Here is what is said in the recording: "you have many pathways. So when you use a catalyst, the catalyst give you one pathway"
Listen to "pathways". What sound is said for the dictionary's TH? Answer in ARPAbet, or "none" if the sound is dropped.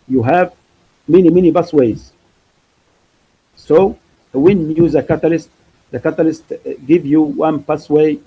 S